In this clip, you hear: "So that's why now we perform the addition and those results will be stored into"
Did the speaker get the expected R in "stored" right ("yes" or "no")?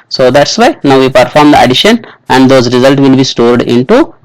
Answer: yes